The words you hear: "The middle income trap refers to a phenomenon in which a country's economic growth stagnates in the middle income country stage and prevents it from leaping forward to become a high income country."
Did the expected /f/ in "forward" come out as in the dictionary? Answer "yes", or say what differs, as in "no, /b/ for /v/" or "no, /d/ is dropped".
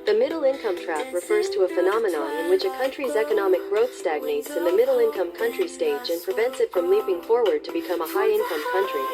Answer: yes